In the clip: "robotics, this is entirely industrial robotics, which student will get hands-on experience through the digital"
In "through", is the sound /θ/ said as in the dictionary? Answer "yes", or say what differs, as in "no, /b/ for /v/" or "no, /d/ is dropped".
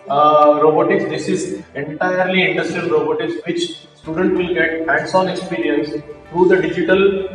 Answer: no, /t/ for /θ/